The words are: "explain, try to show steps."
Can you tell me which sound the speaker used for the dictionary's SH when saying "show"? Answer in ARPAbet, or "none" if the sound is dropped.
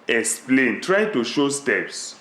SH